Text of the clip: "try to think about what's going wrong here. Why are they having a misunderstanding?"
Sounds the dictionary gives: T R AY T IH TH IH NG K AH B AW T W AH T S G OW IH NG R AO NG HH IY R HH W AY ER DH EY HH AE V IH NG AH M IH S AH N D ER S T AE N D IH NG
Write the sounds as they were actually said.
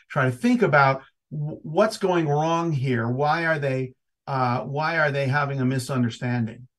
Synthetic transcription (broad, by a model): T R AY T IH TH IH NG K AH B AW T W AH T S G OW IH NG R AO NG HH IY R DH W AY ER DH EY HH AE V IH NG AH M IH S AH N D ER S T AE N D IH NG